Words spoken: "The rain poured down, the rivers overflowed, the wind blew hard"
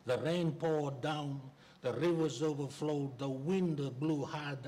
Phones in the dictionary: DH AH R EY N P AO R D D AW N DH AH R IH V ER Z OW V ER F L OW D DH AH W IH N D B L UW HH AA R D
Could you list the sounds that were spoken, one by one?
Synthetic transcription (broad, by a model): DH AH R EY N P AO R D D AW N DH AH R IH V ER Z OW V ER F L OW D DH AH W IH N D B L UW HH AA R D